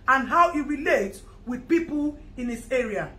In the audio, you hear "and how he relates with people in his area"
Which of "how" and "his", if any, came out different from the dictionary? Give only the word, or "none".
his